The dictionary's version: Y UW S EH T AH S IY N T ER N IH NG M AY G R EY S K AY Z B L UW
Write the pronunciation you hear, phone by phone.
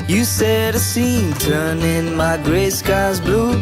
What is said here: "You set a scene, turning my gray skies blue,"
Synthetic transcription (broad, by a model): Y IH S EH T AH S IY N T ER N IH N M AY G R EY S K AY Z B L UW